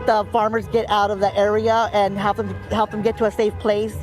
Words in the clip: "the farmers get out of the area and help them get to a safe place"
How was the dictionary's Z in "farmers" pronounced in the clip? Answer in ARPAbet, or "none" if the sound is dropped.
Z